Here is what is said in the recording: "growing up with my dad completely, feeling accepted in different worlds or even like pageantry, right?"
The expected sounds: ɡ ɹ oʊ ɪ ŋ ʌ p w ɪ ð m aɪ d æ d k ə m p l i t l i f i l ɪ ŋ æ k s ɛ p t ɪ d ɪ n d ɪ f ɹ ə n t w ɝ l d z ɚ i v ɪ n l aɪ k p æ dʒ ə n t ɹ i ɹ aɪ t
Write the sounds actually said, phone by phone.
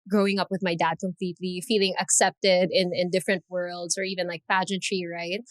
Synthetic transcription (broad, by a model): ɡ ɹ oʊ ɪ ŋ ʌ p w ɪ ð m aɪ d æ d k ə m p l i t l i f i l ɪ ŋ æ k s ɛ p t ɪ d ɪ n d ɪ f ɹ ə n t w ɝ l d z ɚ i v ɪ n l aɪ k p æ dʒ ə n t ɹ i ɹ aɪ t